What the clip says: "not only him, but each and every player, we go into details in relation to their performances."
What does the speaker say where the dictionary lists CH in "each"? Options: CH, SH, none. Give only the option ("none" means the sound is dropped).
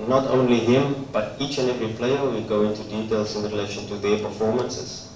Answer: CH